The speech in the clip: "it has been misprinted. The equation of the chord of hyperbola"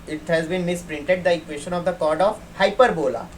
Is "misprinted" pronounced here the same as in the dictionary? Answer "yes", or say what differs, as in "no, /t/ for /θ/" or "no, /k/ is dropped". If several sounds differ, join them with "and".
yes